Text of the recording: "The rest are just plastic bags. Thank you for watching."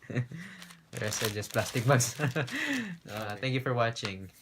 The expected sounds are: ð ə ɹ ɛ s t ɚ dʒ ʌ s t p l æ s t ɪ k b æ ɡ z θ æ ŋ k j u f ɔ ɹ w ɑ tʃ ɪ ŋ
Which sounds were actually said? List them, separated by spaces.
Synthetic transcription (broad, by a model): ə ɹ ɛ s ɚ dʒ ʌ s p l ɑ s t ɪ k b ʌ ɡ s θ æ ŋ k j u f ɔ ɹ w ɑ tʃ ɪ ŋ